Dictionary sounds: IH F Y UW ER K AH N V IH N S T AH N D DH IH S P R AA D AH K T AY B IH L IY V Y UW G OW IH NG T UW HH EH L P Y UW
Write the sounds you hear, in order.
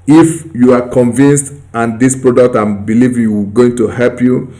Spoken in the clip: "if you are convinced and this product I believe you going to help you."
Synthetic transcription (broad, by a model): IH F Y UW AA K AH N V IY N S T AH N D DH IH S P R AA D AH K T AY B IH L IY V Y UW G OW IH NG T UW HH EH L P Y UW